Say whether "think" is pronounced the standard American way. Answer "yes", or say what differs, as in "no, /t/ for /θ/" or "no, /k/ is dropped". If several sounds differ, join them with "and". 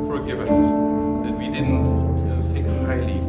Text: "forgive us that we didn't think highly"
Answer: no, /t/ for /θ/ and /ŋ/ is dropped